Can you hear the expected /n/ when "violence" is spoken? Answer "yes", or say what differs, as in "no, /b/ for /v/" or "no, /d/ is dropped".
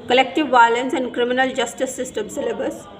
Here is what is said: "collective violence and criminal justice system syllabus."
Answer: yes